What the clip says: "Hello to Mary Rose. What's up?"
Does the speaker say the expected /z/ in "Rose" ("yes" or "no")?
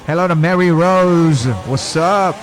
yes